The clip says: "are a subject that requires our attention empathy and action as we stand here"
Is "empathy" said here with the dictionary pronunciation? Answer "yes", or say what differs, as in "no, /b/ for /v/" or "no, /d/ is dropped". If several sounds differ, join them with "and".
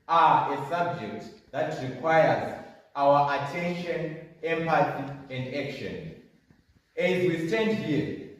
no, /s/ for /θ/